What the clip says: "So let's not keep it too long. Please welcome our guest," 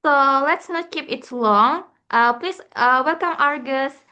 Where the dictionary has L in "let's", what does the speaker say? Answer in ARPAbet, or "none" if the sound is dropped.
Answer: L